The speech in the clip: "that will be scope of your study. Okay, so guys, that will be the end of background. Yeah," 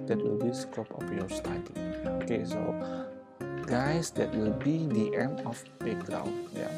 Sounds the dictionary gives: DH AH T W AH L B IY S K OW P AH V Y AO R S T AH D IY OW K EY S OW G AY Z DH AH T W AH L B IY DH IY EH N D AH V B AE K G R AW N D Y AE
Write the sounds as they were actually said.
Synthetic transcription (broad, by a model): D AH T W AH L B IY S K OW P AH F Y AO S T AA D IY OW K EY S OW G AY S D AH T W AH L B IY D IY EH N AH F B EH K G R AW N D Y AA